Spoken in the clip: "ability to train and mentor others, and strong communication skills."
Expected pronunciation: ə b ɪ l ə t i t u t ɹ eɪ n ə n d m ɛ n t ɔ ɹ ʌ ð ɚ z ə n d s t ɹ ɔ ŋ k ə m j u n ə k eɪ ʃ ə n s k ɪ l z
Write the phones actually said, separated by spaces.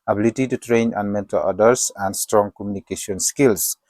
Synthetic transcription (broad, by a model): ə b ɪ l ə t i t u t ɹ eɪ n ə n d m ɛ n t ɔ l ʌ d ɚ s ə n d s t ɹ ɔ ŋ k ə m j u n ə k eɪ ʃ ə n s k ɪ l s